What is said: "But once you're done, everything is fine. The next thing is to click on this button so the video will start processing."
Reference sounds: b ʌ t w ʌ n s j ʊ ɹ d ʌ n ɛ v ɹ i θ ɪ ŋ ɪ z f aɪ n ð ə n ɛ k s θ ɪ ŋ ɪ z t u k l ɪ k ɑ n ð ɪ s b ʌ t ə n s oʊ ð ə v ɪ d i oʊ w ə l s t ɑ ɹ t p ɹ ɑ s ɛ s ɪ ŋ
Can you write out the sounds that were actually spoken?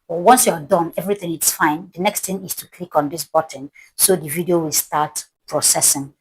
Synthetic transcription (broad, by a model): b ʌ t w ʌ n s j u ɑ d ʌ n ɛ v ɹ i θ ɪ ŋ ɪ s f aɪ n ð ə n ɛ k s t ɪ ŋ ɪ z t u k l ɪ k ɑ n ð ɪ s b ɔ t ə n s oʊ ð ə v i d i oʊ w ə l s t ɑ t p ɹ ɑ s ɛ s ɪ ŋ